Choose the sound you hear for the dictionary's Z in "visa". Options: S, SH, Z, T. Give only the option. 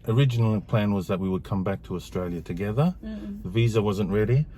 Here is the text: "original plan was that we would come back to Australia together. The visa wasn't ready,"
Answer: Z